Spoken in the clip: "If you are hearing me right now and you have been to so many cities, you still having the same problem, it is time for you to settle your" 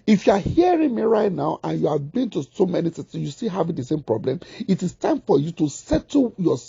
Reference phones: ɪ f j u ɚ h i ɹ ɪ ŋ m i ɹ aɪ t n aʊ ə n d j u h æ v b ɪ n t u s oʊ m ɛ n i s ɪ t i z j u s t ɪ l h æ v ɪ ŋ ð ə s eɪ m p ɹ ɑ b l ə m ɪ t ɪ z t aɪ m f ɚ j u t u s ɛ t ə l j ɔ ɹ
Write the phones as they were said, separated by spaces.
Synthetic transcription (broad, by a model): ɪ f j u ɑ h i ɹ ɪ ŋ m i ɹ aɪ t n aʊ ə n j u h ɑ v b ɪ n t u s oʊ m ɛ n i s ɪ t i s j u s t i h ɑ v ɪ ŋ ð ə s eɪ m p ɹ ɑ b l ə m ɪ t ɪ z t aɪ m f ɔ j u t u s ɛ t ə j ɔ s